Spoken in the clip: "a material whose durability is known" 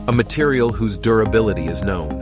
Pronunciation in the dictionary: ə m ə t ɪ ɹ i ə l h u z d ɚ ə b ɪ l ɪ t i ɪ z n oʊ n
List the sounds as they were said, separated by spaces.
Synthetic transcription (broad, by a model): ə m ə t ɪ ɹ i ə l h u z d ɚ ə b ɪ l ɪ t i ɪ z n oʊ n